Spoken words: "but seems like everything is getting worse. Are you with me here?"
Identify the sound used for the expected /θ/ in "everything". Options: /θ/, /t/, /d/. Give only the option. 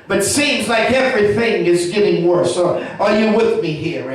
/θ/